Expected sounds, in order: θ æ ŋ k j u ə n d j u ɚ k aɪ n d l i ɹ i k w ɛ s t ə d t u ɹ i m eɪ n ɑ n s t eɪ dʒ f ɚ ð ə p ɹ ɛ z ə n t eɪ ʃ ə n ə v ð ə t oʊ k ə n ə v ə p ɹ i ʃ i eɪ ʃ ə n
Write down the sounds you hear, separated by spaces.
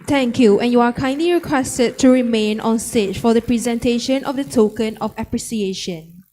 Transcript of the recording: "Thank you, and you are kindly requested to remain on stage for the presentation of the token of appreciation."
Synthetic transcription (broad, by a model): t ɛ ŋ k j u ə n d j u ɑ k aɪ n d l i ɹ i k w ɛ s t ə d t u ɹ i m eɪ n ɑ n s t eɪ tʃ f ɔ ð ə p ɹ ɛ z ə n t eɪ ʃ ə n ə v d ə t oʊ k ə n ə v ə p ɹ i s i eɪ ʃ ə n